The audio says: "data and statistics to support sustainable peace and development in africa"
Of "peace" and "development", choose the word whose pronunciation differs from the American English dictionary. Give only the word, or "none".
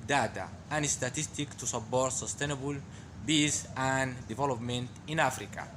peace